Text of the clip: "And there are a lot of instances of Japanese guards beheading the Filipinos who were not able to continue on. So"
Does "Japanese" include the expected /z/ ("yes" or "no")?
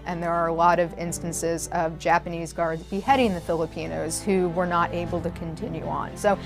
yes